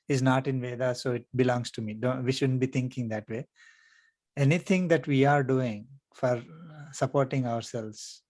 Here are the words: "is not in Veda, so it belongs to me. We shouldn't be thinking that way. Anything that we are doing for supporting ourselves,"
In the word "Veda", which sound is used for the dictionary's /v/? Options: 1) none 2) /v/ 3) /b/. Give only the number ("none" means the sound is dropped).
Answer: 2